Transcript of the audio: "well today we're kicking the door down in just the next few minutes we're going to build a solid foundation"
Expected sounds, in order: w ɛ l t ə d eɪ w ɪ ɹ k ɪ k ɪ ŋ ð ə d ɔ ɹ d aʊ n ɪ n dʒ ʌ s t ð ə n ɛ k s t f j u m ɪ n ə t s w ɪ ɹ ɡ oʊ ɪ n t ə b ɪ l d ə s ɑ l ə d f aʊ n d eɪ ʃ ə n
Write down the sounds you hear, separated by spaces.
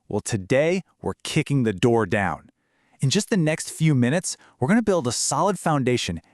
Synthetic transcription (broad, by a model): w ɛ l t ə d eɪ w ɪ ɹ k ɪ k ɪ ŋ ð ə d ɔ ɹ d aʊ n ɪ n dʒ ʌ s t ð ə n ɛ k s t f j u m ɪ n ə t s w ɪ ɹ ɡ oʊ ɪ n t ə b ɪ l d ə s ɑ l ə d f aʊ n d eɪ ʃ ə n